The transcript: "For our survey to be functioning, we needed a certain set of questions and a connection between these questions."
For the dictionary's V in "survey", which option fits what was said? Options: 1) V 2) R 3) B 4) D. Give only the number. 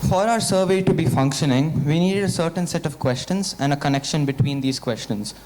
1